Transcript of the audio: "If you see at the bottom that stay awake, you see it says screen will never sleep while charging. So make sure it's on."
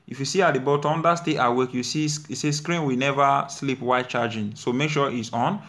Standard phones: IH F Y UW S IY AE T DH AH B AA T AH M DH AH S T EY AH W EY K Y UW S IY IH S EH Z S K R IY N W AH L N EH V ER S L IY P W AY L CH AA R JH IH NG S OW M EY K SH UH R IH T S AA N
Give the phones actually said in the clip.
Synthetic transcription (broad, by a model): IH F Y UW S IY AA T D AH B AA T AH M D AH S T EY AH W EY K Y UW S IY S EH S K R IY N W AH N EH V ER S L IY P W AY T CH AA JH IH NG S OW M EY K SH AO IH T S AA N